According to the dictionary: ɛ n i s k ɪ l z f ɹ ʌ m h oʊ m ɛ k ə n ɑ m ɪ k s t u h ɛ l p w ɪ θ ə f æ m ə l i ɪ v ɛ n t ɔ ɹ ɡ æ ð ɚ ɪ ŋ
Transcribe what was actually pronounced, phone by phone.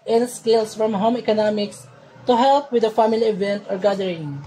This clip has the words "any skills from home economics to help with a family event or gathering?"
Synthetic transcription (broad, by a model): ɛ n s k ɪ l s f ɹ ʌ m h oʊ m ɛ k ə n ɑ m ɪ k s t u h ɛ l p w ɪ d ə f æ m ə l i ɪ v ɛ n t ɔ ɹ ɡ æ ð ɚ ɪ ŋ